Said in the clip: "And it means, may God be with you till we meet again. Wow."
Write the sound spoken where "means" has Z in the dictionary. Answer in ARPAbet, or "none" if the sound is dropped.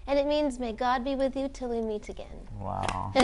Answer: Z